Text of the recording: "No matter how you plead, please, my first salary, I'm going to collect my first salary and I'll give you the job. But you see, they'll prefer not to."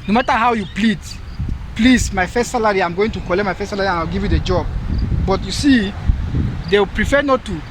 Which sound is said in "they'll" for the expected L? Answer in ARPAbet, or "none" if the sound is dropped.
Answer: W